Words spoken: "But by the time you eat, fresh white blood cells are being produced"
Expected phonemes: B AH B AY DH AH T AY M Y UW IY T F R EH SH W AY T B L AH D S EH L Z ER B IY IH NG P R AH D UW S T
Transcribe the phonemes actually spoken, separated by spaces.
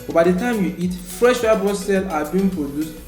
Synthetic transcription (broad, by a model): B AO B AY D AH T AY M Y UW IY T F R EH SH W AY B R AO S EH L AA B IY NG P R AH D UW S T